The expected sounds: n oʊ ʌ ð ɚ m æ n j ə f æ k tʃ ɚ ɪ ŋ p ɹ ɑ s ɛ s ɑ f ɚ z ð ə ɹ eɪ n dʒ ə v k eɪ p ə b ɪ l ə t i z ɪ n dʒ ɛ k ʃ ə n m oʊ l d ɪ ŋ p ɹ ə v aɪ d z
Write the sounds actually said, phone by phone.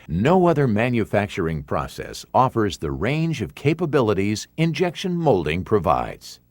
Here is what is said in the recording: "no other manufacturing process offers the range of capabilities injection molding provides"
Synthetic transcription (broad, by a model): n oʊ ʌ ð ɚ m æ n j ə f æ k tʃ ɚ ɪ ŋ p ɹ ɑ s ɛ s ɑ f ɚ z ð ə ɹ eɪ n dʒ ə v k eɪ p ə b ɪ l ə t i z ɪ n dʒ ɛ k ʃ ə n m oʊ l d ɪ ŋ p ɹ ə v aɪ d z